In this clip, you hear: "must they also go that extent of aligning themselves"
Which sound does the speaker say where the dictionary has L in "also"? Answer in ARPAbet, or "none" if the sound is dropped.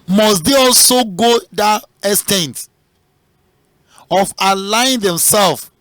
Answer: L